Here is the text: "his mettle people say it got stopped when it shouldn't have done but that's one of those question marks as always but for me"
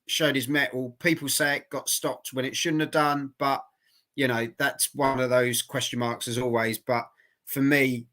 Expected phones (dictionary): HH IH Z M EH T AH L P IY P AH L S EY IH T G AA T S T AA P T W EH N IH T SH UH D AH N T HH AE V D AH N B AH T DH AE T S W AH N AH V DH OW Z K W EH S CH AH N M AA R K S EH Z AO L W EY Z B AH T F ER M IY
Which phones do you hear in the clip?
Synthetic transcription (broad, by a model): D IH Z M EH T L P IY P AH L S EY IH T G AA T S T AA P T W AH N IH T SH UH D N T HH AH V D AH N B AH T DH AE T S W AH N AH V DH OW Z K W EH S CH AH N M AA K S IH Z AO L W EY Z B AH T F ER M IY